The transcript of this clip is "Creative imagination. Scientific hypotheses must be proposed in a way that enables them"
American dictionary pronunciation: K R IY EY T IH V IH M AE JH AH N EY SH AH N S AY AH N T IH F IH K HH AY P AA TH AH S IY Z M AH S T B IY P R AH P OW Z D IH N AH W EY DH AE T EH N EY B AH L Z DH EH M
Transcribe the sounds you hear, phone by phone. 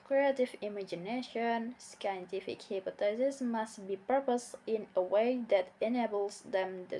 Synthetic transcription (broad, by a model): K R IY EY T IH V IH M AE JH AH N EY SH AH N S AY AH N T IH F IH K HH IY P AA T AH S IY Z M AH S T B IY P AH P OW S IH N AH W EY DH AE T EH N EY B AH L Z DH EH M